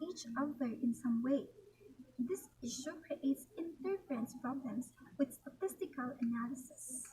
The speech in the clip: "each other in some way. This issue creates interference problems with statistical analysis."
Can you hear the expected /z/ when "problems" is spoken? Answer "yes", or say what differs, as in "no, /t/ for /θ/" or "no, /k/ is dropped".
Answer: no, /s/ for /z/